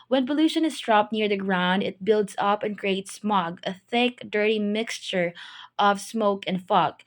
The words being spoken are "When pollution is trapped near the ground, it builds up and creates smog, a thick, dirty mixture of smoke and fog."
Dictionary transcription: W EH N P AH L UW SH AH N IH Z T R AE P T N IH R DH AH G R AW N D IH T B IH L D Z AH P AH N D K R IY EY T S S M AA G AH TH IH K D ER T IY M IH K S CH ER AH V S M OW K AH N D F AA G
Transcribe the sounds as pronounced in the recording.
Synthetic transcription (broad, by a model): W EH N P AH L UW SH AH N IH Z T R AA P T N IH R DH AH G R AW N D IH T B IH L D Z AH P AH N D K R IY EY T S S M AA G AH TH IH K D ER T IY M IH K S CH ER AH V S M OW K AH N D F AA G